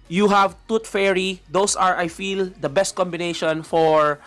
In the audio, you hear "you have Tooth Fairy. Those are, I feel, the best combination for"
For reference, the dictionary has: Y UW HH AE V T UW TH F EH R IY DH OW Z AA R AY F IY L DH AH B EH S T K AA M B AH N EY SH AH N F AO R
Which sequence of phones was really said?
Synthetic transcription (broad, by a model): Y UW HH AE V T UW T F EH R IY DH OW S AA R AY F IY L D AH B EH S T K AA M B AH N EY SH AH N F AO R